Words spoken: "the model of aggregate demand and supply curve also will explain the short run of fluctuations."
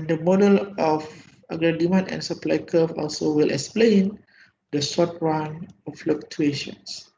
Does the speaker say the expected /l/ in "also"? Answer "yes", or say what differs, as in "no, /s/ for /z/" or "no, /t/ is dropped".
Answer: yes